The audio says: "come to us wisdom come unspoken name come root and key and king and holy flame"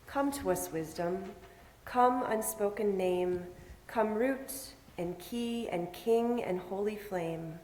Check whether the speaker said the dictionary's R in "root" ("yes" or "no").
yes